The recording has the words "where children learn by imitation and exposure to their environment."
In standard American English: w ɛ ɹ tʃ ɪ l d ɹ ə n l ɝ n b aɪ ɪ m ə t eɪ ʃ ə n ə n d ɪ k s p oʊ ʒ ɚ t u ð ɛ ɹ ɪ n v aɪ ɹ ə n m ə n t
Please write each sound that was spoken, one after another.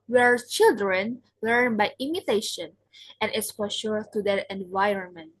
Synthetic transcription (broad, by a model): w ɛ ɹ tʃ ɪ l d ɹ ə n l ɝ n b aɪ ɪ m ə t eɪ ʃ ə n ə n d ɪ s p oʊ ʃ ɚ t u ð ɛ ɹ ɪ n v aɪ ɹ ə n m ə n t